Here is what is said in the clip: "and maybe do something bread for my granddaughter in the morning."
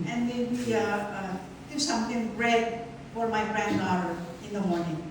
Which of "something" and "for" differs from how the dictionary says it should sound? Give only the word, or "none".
something